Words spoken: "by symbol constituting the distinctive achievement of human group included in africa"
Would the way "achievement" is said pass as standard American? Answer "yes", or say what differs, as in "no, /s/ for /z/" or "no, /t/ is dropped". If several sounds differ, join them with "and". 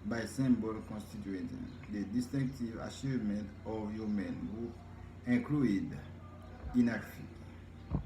no, /ʃ/ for /tʃ/